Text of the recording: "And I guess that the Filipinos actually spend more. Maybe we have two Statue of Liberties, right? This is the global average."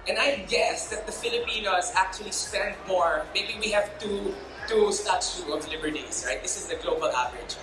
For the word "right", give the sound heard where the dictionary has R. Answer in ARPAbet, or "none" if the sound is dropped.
R